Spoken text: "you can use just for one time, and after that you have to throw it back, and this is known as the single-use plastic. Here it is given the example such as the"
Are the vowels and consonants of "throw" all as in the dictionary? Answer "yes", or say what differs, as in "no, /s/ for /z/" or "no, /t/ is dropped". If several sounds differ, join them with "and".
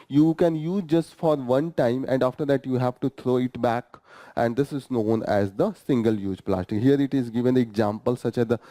no, /t/ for /θ/